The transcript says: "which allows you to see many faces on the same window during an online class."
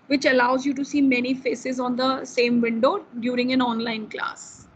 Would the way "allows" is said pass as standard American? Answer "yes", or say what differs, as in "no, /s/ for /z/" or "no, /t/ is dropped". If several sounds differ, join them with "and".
yes